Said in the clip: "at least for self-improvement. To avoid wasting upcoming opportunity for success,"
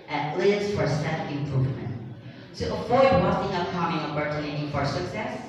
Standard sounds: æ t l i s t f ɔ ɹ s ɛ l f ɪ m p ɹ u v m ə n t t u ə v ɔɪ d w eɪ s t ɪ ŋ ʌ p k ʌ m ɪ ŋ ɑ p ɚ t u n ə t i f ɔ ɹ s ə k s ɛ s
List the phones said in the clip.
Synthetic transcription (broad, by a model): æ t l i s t f ɔ ɹ s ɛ f ɪ m p ɹ u v m ə n t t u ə f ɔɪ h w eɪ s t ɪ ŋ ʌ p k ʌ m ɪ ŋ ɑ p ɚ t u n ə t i f ɔ ɹ s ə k s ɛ s